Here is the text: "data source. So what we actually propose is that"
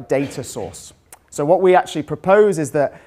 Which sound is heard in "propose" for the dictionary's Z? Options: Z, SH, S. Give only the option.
Z